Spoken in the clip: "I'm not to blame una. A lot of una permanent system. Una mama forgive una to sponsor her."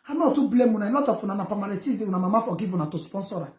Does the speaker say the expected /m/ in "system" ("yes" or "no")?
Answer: no